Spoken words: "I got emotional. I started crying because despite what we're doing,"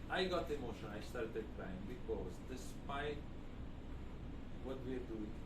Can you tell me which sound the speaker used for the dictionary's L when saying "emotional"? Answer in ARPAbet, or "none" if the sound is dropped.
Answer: N